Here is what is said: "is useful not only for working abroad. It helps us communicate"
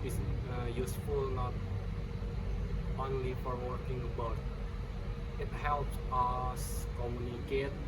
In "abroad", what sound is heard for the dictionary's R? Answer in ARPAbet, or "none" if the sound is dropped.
none